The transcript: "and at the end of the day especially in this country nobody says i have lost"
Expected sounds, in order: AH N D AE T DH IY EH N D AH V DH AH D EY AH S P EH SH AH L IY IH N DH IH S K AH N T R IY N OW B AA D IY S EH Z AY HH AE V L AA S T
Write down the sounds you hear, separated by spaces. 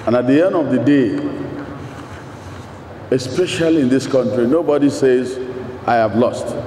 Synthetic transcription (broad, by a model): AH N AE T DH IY EH N D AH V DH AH D EY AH S P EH SH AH L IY IH N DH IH S K AH N T R IY N OW B AA D IY S EH Z AY HH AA V L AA S T